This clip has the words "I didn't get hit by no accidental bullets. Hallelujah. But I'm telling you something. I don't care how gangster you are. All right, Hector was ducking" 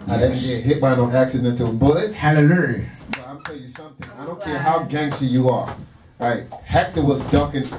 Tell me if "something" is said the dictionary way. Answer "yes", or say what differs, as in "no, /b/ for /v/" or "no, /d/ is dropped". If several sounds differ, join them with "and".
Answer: yes